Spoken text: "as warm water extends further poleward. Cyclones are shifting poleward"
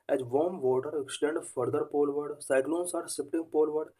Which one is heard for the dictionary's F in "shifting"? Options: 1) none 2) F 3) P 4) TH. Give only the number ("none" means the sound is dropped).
3